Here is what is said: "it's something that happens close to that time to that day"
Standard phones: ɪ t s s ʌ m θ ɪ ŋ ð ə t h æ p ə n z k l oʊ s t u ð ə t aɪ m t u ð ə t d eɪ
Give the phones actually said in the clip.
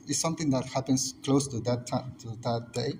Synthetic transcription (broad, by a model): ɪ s s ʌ m t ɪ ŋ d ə t h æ p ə n s k l oʊ s t u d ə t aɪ t u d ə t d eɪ